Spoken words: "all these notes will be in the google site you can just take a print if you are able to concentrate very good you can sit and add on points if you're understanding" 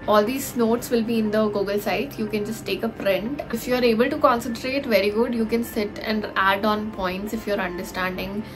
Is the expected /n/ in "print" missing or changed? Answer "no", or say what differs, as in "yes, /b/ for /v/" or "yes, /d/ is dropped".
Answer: no